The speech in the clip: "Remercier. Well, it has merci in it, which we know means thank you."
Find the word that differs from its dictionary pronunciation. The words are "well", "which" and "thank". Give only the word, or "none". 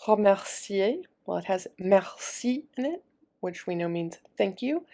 none